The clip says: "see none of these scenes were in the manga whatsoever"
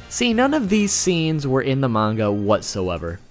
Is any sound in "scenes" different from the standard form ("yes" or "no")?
no